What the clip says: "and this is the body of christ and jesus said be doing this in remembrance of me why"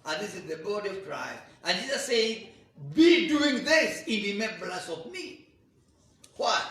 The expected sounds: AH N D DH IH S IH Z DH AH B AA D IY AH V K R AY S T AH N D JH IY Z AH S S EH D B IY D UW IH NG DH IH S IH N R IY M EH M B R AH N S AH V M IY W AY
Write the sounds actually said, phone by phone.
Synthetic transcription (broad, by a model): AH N DH IH S IH Z DH AH B AA D IY AH V K R AY S T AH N JH IY Z AH S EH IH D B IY D UW IH NG DH IH S IH N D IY M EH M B L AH S AH V M IY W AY